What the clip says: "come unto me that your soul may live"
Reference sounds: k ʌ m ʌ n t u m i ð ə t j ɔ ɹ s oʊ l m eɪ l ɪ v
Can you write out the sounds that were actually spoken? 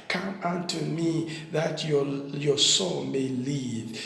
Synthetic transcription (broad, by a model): k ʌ m ʌ n t u m i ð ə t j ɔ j s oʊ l m eɪ l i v